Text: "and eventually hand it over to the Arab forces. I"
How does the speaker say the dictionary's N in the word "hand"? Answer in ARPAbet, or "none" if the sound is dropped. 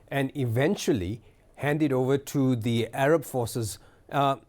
N